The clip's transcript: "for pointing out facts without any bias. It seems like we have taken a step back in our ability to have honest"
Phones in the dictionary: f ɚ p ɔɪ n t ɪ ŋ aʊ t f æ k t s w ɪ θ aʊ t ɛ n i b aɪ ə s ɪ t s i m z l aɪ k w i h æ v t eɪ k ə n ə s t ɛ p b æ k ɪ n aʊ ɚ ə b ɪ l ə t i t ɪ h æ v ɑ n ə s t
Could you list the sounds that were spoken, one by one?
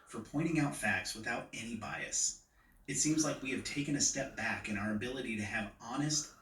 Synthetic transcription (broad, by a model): f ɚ p ɔɪ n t ɪ ŋ aʊ t f æ k t s w ɪ θ aʊ t ɛ n i b aɪ ə s ɪ t s i m z l aɪ k w i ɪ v t eɪ k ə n ə s t ɛ p b æ k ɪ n aʊ ɚ ə b ɪ l ə t i t ɪ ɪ v ɑ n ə s t